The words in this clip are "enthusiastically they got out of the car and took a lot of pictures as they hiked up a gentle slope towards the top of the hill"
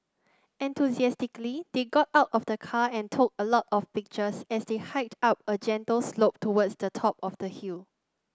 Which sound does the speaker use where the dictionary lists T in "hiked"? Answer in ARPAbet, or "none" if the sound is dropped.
T